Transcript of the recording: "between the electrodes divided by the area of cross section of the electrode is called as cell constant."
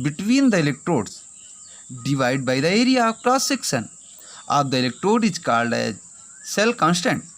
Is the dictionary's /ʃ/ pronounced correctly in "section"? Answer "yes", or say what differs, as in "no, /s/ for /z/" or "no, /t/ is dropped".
no, /s/ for /ʃ/